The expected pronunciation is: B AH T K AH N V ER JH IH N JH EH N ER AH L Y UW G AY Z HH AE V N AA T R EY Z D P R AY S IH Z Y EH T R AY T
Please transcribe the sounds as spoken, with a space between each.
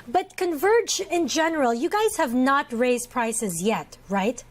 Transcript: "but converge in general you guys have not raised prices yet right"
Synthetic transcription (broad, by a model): B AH T K AH N V ER JH IH N JH EH N ER AH L Y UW G AY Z HH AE V N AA T R EY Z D P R AY S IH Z Y EH T R AY T